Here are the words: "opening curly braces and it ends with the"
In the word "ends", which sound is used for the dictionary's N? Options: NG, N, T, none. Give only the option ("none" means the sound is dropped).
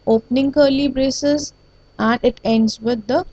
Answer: N